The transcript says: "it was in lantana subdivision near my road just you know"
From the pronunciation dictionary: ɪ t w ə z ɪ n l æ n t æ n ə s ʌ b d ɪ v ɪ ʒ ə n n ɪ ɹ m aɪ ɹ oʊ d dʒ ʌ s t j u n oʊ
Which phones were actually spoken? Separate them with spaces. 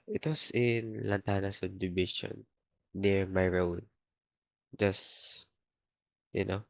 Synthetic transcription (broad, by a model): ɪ t w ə s ɪ n l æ n t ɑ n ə s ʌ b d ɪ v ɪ ʃ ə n n ɪ ɹ m aɪ ɹ oʊ d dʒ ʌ s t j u n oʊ